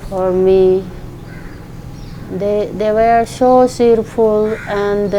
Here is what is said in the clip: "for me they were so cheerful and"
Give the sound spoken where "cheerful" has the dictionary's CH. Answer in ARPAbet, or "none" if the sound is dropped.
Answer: S